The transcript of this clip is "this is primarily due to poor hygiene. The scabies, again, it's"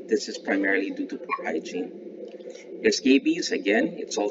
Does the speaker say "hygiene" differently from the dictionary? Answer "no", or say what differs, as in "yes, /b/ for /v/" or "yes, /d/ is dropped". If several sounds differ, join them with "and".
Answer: yes, /tʃ/ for /dʒ/